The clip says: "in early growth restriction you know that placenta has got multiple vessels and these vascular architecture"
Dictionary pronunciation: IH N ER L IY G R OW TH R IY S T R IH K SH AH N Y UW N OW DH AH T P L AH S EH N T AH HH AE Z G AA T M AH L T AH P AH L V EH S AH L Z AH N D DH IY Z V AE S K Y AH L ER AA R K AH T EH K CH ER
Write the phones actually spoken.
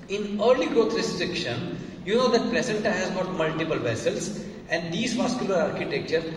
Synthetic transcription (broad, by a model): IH N ER L IY G R OW T R IY S T R IH K SH AH N Y UW N OW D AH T P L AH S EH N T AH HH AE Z G AA T M AH L T AH P AH L V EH S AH L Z AH N D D IY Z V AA S K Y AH L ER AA R K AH T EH K CH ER